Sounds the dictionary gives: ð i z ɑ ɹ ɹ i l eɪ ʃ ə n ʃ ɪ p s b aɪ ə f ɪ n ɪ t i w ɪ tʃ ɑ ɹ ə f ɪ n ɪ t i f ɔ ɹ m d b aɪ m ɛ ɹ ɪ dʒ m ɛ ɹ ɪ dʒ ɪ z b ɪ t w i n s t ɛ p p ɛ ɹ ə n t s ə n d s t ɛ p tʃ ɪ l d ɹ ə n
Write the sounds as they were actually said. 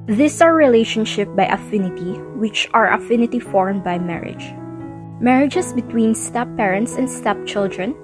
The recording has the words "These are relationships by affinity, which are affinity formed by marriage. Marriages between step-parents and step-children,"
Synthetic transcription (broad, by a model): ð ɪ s ɑ ɹ ɹ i l eɪ ʃ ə n ʃ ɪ p b aɪ ə f ɪ n ɪ t i w ɪ tʃ ɑ ɹ ə f ɪ n ɪ t i f ɔ ɹ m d b aɪ m ɛ ɹ ɪ dʒ m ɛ ɹ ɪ dʒ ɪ s b ɪ t w i n s t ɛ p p ɛ ɹ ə n t s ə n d s t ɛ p tʃ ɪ l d ɹ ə n